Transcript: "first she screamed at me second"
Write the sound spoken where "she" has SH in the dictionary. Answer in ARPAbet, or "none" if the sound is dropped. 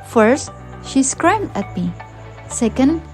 SH